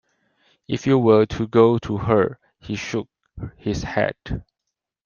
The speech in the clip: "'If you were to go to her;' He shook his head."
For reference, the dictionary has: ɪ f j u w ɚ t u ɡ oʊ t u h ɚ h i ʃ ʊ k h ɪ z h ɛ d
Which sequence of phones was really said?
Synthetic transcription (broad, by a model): ɪ f j u w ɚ t u ɡ oʊ t u h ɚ h i ʃ ʊ k h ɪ s h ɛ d